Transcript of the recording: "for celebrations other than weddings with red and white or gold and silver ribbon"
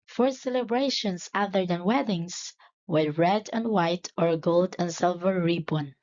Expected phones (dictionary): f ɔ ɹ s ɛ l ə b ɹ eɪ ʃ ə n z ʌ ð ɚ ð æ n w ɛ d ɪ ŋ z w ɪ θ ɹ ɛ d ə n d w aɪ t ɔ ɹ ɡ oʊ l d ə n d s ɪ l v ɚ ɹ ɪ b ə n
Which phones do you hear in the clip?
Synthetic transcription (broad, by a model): f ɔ ɹ s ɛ l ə b ɹ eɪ ʃ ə n s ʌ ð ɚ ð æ n w ɛ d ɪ ŋ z w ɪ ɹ ɹ ɛ d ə n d w aɪ t ɔ ɹ ɡ oʊ l d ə n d s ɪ l v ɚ ɹ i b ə n